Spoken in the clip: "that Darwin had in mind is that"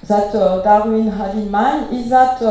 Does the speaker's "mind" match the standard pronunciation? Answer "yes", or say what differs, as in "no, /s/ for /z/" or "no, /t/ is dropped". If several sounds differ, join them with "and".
no, /d/ is dropped